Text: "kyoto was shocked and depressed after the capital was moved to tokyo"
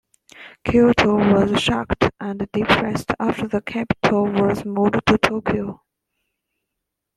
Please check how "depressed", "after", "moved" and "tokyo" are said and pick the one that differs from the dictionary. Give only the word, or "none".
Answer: moved